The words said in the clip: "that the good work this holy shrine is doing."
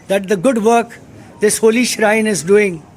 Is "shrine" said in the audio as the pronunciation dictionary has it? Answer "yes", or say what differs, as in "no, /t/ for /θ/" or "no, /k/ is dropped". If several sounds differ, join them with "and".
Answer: yes